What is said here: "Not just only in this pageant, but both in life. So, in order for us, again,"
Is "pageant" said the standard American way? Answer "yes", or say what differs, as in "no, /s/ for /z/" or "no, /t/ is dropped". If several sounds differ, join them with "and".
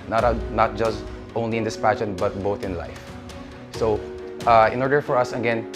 no, /ʃ/ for /dʒ/